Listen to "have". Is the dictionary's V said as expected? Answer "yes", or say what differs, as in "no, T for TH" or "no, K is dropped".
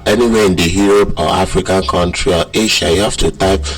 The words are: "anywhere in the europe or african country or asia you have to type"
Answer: no, F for V